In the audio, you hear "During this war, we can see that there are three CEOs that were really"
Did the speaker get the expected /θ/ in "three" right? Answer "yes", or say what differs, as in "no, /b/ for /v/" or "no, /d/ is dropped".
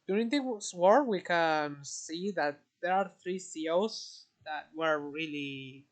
yes